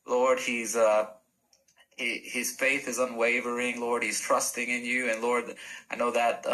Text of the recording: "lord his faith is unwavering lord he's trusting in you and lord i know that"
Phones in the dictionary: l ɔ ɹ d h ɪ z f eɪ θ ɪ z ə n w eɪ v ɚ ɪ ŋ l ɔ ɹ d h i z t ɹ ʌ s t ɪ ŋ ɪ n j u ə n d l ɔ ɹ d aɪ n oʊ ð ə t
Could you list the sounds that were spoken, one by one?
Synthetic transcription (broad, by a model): l ɔ ɹ d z ɪ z f eɪ θ ɪ z ə n w eɪ v ɚ ɪ ŋ l ɔ ɹ d h i z t ɹ ʌ s t ɪ ŋ ɪ n j u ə n l ɔ ɹ d aɪ n oʊ ð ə t